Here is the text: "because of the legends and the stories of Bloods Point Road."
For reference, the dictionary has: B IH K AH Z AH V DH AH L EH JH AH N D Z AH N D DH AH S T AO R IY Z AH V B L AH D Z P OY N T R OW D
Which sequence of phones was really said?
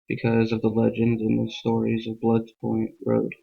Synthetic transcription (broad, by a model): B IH K AH Z AH V DH AH L EH JH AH N D AH N DH AH S T AO R IY Z AH V B L AH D P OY N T R OW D